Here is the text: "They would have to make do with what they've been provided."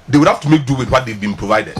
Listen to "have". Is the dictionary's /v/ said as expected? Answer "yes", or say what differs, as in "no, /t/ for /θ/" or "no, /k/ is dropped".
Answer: no, /f/ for /v/